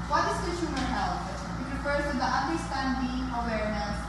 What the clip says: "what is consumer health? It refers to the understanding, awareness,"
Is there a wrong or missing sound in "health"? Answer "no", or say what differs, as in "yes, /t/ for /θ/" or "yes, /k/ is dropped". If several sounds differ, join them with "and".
yes, /t/ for /θ/